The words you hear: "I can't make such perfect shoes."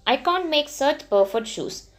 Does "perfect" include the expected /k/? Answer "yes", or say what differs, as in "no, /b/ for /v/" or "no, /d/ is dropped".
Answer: no, /k/ is dropped